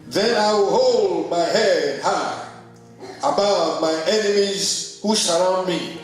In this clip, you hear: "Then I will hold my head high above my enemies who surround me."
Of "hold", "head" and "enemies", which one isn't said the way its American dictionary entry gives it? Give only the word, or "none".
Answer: none